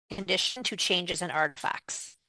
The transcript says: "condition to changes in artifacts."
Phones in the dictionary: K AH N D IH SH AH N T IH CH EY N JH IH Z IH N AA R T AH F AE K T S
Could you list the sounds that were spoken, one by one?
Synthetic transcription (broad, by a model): K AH N D IH SH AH N T IH CH EY N JH IH Z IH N AA R T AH F AE K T S